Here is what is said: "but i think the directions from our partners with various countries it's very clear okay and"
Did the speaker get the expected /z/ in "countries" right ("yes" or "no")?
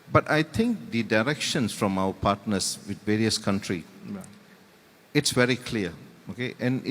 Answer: no